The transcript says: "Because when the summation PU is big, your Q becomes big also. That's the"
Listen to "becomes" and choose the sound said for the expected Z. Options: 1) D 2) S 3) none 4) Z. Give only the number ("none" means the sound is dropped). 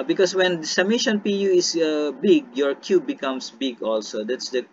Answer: 2